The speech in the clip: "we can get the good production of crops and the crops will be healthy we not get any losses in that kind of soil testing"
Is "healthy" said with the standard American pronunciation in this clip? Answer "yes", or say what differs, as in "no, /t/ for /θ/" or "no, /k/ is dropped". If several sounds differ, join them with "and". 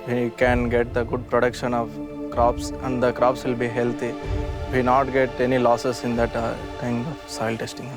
no, /t/ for /θ/